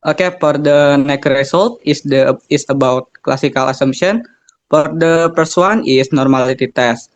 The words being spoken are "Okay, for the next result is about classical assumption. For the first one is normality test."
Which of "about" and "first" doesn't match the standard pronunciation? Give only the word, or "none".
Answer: first